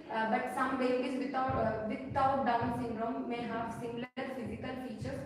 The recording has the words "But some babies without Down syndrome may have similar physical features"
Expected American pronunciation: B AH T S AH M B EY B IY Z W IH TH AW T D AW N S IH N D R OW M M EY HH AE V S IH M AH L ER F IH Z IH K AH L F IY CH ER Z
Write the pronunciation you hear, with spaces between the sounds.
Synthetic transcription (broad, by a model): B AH T S AH M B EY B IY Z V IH T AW T D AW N S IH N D R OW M M EY HH AE V S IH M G L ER F IH Z IH K AH L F IY CH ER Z